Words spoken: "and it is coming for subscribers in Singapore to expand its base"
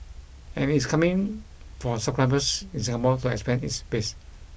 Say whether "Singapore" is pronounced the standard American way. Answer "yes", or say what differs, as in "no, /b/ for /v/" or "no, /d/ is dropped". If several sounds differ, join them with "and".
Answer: no, /b/ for /p/ and /l/ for /ɹ/